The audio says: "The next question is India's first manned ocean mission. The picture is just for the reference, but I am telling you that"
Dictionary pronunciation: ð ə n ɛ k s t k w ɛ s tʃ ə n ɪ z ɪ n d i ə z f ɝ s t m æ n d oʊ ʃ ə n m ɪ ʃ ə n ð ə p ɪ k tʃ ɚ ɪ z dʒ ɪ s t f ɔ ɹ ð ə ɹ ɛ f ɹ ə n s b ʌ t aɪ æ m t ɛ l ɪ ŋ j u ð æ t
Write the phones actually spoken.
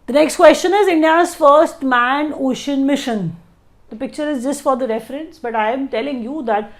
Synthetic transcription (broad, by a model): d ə n ɛ k s t k w ɛ s tʃ ə n ɪ z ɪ n d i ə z f ɝ s t m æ n oʊ ʃ ə n m ɪ ʃ ə n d ə p ɪ k tʃ ɚ ɪ z dʒ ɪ s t f ɔ ɹ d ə ɹ ɛ f ɹ ə n s b ʌ t aɪ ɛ m t ɛ l ɪ ŋ j u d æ t